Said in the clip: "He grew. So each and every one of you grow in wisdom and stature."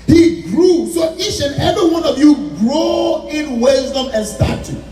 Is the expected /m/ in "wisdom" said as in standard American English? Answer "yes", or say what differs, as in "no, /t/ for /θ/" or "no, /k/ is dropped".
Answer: yes